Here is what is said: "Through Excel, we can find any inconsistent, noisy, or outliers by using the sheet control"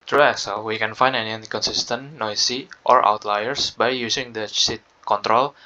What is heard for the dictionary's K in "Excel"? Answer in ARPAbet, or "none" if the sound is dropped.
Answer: none